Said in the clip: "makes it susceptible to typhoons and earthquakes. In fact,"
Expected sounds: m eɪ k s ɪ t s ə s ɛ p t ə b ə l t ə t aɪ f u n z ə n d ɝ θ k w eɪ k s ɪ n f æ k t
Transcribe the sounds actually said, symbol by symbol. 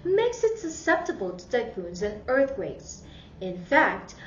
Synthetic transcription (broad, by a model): m eɪ k s ɪ t s ə s ɛ p t ə b ə l t ə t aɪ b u n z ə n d ɝ θ k w eɪ k s ɪ n f æ k t